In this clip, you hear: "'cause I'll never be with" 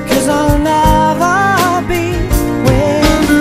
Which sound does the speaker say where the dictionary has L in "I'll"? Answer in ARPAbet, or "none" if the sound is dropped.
L